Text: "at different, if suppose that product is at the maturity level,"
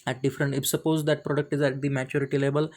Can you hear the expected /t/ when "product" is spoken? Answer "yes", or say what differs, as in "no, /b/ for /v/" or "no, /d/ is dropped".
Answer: yes